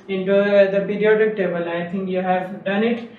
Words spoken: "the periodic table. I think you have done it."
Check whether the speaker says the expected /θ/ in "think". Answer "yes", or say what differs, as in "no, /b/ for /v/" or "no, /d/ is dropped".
no, /t/ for /θ/